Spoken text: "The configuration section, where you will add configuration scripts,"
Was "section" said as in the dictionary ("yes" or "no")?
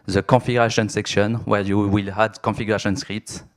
yes